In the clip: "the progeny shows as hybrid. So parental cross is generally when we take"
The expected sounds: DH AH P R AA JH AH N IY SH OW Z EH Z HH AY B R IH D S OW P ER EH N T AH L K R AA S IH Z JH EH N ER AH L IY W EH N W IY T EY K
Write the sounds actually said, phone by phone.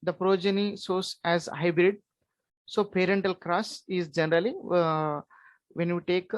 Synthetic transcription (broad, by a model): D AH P R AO JH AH N IY S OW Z EH Z HH AY B R IH D S OW P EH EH N T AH L K R AA S IH Z JH EH N ER AH L IY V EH N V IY T EY K